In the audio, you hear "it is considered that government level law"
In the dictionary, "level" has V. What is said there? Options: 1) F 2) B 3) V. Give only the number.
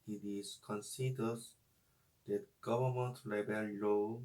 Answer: 2